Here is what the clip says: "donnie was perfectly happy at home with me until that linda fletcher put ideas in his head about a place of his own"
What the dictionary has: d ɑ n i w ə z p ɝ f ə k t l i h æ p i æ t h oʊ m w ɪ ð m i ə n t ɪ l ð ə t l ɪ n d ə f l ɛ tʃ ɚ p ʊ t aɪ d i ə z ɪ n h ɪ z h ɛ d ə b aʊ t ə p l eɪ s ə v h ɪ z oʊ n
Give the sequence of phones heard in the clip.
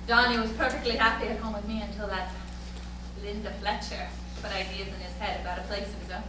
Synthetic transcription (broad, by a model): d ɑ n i w ə z p ɝ f ə k t l i h æ p i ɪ t h oʊ m w ɪ ð m i ə n t ɪ l ð ə t l ɪ n d ə f l ɛ tʃ ɚ b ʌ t aɪ d i ə z ɪ n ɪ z h ɛ d ə b aʊ t ə p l eɪ ə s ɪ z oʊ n